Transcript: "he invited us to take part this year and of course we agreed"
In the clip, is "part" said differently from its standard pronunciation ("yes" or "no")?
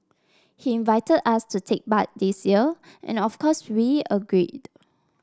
yes